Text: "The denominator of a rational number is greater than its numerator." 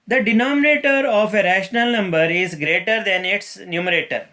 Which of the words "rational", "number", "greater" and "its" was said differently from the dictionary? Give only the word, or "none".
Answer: none